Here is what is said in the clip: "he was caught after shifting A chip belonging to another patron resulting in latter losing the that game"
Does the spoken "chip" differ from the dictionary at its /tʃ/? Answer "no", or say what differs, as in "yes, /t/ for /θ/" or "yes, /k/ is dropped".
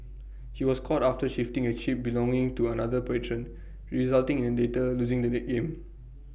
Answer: yes, /ʃ/ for /tʃ/